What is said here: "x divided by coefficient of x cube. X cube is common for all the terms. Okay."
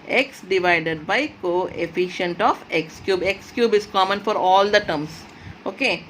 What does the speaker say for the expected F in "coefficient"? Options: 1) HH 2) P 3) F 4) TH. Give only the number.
3